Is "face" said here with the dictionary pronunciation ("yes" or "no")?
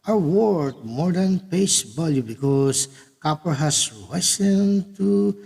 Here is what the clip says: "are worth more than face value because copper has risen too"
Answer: no